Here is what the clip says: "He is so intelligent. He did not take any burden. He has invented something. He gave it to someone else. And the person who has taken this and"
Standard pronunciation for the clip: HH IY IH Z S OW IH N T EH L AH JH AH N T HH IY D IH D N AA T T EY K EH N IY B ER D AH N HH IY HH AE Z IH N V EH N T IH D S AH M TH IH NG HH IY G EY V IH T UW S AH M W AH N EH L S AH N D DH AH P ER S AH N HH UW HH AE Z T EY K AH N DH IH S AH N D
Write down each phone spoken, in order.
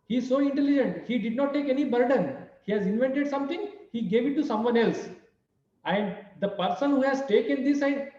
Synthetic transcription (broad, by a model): HH IY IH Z S OW IH N T EH L AH JH AH N T HH IY D IH D N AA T T EY K EH N IY B ER D AH N HH IY HH AE Z IH N V EH N T IH D S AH M T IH NG HH IY G EY V IH T UW S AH M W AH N EH L S AH N D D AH P ER S AH N HH UW HH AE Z T EY K AH N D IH S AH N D